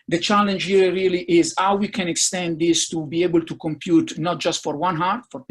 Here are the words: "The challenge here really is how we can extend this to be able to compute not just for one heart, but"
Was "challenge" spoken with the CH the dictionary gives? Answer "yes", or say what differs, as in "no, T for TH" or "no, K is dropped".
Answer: yes